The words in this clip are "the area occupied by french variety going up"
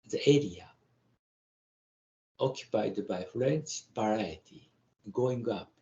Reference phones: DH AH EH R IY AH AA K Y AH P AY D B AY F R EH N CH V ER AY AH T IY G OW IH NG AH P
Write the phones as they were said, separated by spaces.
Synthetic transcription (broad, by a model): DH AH EH R IY AH AA K Y AH P AY D B AY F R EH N S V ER AY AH T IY G OW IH NG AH P